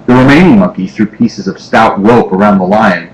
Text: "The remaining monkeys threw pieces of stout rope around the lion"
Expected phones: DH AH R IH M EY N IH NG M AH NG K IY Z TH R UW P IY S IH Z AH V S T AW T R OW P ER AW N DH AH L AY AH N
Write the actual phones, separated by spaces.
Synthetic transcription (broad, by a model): DH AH R IH M EY N IH NG M AH NG K IY TH R UW P IY S IH Z AH V S T AW T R OW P ER AW N DH AH L AY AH N